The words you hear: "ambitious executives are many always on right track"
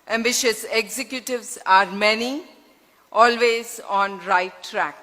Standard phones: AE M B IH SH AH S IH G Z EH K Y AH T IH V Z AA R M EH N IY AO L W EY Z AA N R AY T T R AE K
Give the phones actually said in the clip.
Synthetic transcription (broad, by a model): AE M B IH SH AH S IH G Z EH K Y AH T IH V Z AA R M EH N IY AO L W EY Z AA N R AY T T R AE K